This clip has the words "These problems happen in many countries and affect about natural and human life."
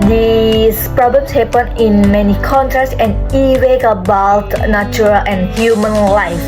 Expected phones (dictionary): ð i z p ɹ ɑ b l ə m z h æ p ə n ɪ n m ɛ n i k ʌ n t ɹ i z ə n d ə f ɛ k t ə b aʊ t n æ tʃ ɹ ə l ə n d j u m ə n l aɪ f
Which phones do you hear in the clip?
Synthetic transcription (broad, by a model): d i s p ɹ ɑ b l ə m s h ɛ p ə n ɪ n m ɛ n i k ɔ n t ɹ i s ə n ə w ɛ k ə b aʊ t n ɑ tʃ ɹ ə l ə n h j u m ə n l aɪ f